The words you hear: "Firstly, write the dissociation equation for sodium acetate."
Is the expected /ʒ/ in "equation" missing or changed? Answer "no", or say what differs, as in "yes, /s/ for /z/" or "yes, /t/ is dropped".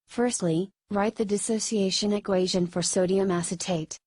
no